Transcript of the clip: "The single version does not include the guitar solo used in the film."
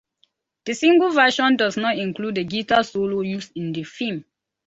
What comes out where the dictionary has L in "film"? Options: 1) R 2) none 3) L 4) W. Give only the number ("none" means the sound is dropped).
2